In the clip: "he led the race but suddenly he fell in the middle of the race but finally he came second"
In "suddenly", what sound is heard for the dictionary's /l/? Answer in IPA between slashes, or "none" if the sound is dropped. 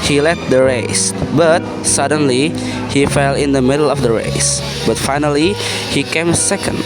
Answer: /l/